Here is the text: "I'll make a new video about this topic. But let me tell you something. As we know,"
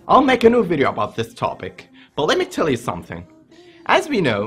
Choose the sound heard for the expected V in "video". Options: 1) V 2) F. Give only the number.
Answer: 1